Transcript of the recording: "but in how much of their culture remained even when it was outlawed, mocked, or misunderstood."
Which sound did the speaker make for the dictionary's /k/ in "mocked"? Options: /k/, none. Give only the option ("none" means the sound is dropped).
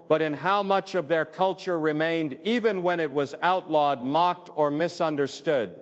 /k/